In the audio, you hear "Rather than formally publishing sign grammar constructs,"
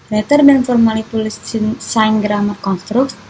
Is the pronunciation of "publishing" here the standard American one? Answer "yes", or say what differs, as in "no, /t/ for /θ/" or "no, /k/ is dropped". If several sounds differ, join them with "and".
no, /b/ is dropped and /s/ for /ʃ/